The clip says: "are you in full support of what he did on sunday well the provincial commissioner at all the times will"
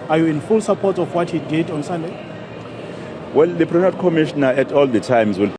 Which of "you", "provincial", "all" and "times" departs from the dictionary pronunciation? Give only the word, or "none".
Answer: provincial